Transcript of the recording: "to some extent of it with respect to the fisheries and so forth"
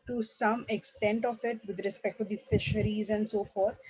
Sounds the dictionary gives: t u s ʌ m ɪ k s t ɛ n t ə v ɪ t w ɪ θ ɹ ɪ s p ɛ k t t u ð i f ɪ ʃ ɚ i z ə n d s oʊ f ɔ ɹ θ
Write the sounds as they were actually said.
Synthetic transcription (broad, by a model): t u s ʌ m ɪ k s t ɛ n t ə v ɪ t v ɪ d ɹ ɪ s p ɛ k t t u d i f ɪ ʃ ɚ i z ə n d s oʊ f ɔ ɹ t